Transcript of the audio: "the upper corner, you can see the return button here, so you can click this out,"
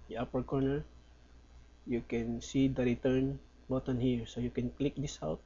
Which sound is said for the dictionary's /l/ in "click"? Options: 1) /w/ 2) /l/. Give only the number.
2